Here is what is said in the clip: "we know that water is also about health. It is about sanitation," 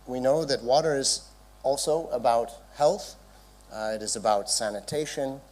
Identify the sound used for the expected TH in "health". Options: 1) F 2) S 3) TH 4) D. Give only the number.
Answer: 3